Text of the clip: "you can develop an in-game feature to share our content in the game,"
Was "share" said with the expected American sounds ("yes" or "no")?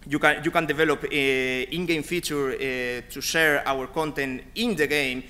yes